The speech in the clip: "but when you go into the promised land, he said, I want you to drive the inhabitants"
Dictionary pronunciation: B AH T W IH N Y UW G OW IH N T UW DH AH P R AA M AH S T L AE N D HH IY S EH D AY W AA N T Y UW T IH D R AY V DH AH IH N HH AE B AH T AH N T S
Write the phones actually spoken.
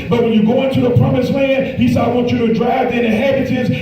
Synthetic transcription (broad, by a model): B AH T W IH N Y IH G OW IH N T UW DH AH P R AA M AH S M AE N HH IY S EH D AY W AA N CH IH T IH D R AY V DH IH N HH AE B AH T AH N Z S